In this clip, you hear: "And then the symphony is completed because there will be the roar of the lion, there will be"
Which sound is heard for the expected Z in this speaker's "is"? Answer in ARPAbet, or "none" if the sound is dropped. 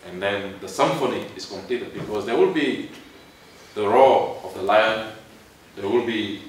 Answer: S